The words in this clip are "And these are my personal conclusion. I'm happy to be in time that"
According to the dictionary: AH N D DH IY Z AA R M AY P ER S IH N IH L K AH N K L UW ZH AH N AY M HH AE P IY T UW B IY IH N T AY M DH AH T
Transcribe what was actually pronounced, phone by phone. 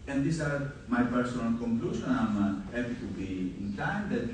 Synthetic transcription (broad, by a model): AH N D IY S AA R M AY P ER S IH N IH L K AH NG K L UW SH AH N AY M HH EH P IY T UW B IY IH N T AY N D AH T